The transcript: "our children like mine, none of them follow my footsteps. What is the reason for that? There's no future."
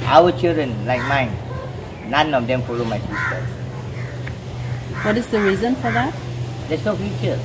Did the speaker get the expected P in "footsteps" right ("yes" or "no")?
no